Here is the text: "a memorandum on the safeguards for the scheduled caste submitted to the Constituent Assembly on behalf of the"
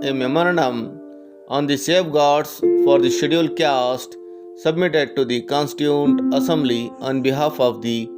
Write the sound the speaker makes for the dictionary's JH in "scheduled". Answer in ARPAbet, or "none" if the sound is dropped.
none